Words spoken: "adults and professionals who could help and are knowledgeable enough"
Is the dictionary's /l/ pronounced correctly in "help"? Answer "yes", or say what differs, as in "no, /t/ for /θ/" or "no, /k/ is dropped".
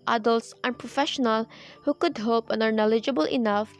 no, /l/ is dropped